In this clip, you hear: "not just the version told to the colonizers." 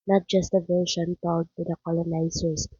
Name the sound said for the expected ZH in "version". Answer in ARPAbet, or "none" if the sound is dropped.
SH